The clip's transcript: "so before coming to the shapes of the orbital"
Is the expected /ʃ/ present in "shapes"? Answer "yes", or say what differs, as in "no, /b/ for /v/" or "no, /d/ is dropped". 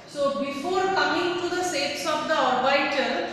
no, /s/ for /ʃ/